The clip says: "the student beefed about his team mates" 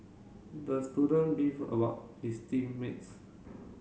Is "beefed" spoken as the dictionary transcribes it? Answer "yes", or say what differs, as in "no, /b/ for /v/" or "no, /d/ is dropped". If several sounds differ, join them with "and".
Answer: no, /t/ is dropped